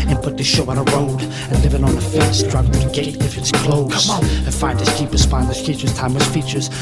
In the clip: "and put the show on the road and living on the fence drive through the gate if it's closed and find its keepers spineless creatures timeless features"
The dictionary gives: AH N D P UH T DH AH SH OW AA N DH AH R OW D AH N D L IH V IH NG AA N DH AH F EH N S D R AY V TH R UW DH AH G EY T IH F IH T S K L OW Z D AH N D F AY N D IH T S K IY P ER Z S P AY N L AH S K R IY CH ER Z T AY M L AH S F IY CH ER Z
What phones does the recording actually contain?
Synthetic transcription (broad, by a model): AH N P UH T DH AH SH OW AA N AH R OW D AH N L IH V IH NG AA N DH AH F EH S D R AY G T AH G EY T IH F IH T S K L OW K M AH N F AY N D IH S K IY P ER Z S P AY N AH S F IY CH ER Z T AY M AH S F IY CH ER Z